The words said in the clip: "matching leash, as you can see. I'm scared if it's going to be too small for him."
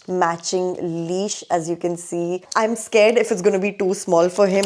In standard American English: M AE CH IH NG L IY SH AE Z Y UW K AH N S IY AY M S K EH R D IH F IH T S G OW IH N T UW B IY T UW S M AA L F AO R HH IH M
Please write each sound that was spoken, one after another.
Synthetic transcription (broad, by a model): M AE CH IH NG L IY SH AE Z Y UW K AH N S IY AY M S K EH R D IH F IH T S G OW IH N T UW B IY T UW S M AA L F AO R HH IH M